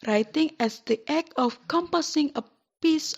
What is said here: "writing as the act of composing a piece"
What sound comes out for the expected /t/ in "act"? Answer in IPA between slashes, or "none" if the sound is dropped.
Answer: none